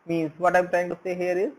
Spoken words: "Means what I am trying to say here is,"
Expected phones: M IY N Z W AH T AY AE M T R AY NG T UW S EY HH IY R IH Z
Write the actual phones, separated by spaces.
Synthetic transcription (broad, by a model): M IY N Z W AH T AY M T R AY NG T UW S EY HH IY R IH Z